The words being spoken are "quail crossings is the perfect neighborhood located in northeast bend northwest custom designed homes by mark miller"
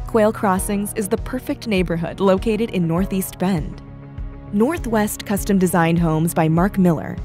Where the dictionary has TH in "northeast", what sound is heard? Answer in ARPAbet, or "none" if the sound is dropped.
TH